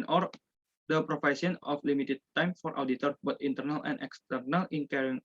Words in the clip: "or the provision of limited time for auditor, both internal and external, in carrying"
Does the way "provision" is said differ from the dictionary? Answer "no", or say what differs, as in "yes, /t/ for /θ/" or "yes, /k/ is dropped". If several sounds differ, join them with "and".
yes, /f/ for /v/ and /s/ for /ʒ/